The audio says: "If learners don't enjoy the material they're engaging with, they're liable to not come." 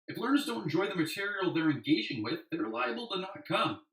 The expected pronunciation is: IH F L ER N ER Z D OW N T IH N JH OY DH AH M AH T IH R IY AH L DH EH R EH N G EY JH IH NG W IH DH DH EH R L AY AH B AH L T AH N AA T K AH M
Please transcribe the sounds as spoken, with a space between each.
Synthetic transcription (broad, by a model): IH F L ER N ER Z D OW N T N JH OY DH AH M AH T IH R IY L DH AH R EH N G EY JH IH NG W IH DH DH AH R L AY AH B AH L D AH N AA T K AH M